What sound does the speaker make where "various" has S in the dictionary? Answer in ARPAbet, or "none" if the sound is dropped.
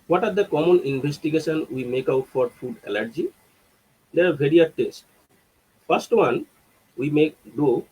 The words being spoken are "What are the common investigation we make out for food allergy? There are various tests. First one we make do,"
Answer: none